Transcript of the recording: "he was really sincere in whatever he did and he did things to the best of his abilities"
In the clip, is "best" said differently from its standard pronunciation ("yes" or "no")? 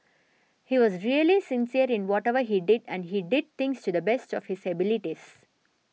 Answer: no